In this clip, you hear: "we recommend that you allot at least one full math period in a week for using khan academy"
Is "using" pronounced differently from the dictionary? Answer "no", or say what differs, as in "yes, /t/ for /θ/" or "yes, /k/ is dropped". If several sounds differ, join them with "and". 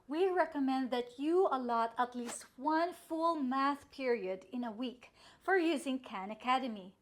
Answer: no